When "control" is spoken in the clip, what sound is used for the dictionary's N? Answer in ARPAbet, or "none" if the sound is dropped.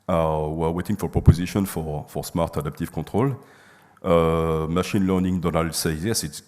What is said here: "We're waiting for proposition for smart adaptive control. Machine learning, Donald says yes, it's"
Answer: none